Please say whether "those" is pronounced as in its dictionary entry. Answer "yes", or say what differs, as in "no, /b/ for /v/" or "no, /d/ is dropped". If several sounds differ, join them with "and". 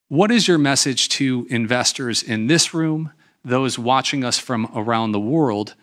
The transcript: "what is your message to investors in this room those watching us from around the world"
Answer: yes